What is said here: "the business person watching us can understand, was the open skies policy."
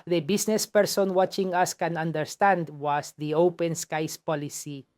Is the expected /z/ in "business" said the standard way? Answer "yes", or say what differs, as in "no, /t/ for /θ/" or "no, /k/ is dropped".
no, /s/ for /z/